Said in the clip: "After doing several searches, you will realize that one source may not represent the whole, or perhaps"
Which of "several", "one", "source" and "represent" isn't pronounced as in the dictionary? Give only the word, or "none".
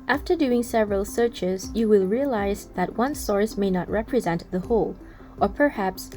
none